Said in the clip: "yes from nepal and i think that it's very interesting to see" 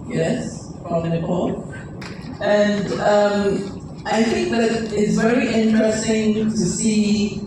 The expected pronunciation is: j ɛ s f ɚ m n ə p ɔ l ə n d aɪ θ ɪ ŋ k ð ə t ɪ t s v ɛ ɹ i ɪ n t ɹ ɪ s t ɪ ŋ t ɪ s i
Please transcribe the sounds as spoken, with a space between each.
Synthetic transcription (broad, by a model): j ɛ s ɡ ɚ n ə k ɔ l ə n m aɪ θ ɪ ŋ k ð ə t ɪ t s v ɛ ɹ i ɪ n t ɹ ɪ s t ɪ ŋ t ɪ s i